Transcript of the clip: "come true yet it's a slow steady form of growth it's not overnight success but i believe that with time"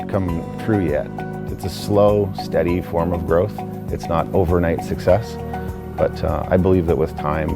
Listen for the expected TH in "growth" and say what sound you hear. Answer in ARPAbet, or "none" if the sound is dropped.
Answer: TH